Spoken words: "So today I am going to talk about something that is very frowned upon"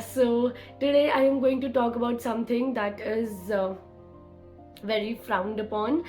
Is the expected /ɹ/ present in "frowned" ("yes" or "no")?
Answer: yes